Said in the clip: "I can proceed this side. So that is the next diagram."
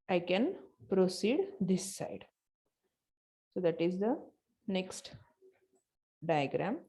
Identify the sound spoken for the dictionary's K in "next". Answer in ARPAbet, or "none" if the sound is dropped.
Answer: K